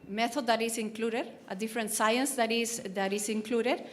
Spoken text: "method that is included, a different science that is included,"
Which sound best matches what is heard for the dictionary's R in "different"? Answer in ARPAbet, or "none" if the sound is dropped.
R